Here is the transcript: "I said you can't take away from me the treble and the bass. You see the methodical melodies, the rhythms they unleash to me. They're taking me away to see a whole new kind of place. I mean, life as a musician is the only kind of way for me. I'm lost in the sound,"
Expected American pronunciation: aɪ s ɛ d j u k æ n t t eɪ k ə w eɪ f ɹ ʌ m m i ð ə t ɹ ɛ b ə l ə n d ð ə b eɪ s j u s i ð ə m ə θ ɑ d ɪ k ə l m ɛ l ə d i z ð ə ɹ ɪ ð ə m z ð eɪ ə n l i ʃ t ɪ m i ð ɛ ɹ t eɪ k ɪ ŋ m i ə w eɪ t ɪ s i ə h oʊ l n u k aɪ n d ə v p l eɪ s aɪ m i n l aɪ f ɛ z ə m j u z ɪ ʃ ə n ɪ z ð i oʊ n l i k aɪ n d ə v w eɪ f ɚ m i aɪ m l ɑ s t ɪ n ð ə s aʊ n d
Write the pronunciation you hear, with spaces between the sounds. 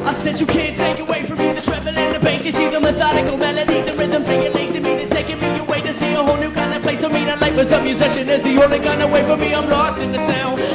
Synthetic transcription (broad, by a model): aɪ s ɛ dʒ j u k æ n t t eɪ k ə w eɪ f ɹ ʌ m m i ð ə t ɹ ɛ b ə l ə n ð ə b eɪ s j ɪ s i ð ə m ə θ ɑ d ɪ k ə l m ɛ l ə d i z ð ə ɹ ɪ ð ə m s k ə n l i s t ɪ m i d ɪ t eɪ k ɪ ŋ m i ə w eɪ t ɪ s i ə h oʊ l n u k aɪ n d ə p l eɪ s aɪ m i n l aɪ p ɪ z ə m j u z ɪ ʃ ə n ɪ z ð i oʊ l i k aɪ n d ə w eɪ f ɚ m i aɪ m l ɑ s t ɪ n ð ə s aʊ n